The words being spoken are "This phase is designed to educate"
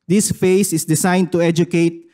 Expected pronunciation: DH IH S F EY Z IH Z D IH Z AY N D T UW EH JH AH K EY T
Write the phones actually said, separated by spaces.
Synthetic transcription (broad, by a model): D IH S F EY S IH S D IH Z AY N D T UW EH JH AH K EY T